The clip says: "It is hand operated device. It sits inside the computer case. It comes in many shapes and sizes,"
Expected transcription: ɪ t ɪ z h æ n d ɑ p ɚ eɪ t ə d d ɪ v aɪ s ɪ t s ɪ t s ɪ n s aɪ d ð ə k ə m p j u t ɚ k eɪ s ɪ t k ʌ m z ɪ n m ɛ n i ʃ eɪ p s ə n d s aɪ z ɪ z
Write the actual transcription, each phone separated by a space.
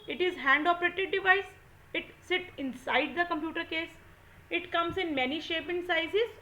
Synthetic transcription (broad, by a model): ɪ t ɪ z h æ n d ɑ p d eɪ t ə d d ɪ v aɪ s ɪ t s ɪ t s ɪ n s aɪ d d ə k ə m p j u t ɚ k eɪ s ɪ t k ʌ m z ɪ n m ɛ n i ʃ eɪ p ə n s aɪ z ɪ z